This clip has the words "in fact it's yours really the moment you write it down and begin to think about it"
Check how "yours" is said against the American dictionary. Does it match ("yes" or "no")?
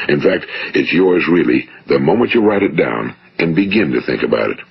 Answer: yes